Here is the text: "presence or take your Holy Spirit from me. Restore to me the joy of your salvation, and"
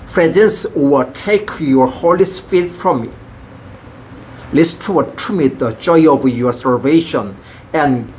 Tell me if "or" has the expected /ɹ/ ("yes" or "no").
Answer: no